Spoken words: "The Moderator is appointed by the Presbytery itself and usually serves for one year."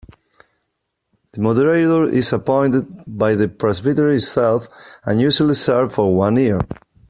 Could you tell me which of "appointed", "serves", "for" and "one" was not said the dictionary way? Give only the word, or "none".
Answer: serves